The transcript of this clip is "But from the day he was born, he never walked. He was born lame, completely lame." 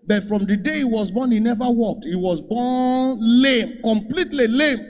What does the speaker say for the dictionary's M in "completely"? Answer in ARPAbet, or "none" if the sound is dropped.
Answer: M